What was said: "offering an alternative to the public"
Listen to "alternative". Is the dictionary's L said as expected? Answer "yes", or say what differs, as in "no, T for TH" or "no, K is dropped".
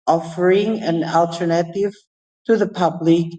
yes